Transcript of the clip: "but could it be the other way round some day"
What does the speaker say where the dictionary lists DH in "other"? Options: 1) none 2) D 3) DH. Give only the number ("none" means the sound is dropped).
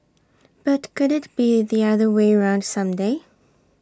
3